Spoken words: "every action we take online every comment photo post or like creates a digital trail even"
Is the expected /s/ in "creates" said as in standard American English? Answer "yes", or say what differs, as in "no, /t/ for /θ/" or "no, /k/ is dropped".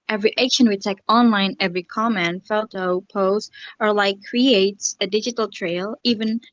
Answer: yes